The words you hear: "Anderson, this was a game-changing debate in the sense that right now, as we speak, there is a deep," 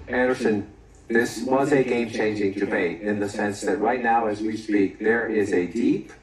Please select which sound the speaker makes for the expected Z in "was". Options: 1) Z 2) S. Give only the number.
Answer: 1